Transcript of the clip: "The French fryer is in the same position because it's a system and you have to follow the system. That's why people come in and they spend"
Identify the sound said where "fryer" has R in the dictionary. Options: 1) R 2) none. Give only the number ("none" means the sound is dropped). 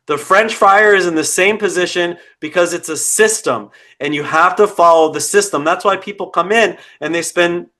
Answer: 2